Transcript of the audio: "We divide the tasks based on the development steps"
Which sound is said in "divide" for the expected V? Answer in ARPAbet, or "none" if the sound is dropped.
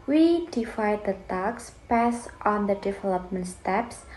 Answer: F